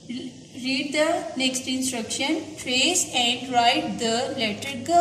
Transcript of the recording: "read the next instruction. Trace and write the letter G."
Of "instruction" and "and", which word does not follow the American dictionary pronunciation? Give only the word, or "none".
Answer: none